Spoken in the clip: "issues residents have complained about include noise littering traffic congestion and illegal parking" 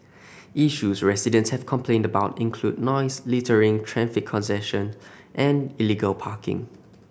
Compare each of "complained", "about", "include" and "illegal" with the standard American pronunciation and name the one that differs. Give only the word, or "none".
none